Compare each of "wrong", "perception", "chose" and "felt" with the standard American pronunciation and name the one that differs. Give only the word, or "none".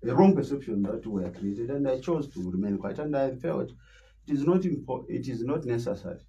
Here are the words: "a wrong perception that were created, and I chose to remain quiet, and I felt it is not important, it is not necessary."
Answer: none